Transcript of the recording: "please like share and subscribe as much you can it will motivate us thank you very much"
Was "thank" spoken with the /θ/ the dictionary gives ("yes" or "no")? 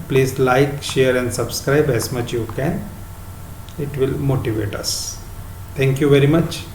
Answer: no